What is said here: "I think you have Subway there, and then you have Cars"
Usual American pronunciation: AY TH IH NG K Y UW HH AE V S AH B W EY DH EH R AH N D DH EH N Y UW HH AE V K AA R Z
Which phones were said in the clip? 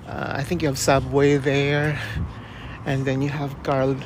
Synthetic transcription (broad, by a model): AY TH IH NG K Y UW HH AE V S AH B W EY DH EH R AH N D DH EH N Y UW HH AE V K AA R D